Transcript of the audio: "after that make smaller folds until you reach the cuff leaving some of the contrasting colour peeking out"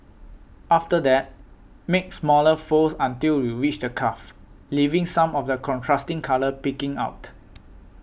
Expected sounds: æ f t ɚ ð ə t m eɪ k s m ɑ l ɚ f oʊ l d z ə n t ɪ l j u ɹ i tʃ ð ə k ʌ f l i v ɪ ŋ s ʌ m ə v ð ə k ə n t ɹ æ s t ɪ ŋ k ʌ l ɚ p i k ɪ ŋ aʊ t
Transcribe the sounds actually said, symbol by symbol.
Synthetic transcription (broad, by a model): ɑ f t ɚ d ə t m eɪ k s m ɑ l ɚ f oʊ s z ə n t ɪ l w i w i tʃ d ə k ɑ f l i v ɪ ŋ s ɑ m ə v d ə k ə n t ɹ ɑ s t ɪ ŋ k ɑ l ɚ p i k ɪ ŋ aʊ t